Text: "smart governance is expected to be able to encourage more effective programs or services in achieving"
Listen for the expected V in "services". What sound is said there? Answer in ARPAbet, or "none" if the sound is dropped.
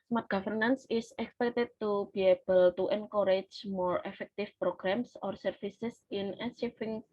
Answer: F